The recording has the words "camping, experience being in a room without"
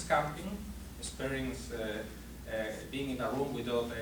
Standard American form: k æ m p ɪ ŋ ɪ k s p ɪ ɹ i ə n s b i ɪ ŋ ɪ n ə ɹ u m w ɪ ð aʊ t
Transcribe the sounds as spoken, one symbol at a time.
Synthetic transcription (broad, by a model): k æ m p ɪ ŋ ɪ s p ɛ ɹ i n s b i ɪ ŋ ɪ n ə ɹ u m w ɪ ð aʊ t